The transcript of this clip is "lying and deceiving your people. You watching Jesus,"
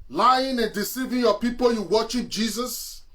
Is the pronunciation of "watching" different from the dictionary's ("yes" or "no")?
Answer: yes